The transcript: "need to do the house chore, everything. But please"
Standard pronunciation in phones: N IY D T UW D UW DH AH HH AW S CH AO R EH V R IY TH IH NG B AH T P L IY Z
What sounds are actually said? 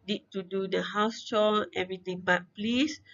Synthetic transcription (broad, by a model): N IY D T UW D UW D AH HH AW S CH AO L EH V R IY T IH NG B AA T P L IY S